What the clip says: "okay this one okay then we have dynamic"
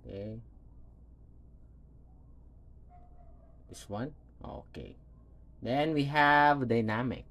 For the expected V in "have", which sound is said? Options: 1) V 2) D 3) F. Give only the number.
1